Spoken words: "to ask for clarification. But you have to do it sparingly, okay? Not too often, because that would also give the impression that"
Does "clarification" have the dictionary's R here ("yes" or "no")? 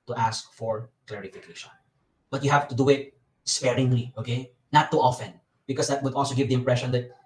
yes